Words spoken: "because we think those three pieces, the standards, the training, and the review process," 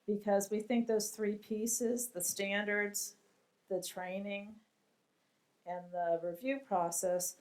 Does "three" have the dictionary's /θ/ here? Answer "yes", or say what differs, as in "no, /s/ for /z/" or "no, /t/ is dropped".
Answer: yes